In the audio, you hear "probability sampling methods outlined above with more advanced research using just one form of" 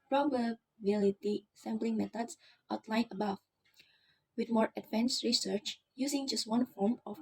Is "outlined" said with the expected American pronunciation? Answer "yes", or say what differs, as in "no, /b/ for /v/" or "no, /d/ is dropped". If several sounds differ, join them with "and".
no, /d/ is dropped